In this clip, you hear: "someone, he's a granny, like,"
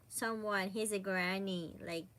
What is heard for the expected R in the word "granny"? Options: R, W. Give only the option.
R